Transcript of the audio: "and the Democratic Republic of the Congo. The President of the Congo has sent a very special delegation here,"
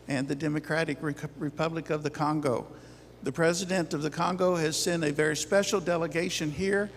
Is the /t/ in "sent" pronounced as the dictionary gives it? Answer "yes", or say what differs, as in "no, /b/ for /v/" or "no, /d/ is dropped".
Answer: no, /t/ is dropped